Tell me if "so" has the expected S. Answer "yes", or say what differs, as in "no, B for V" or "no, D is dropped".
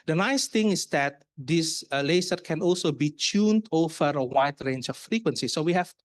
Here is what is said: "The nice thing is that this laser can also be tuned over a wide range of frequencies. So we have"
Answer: yes